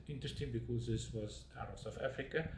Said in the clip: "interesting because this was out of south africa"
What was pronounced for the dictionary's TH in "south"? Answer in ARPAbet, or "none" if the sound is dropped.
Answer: F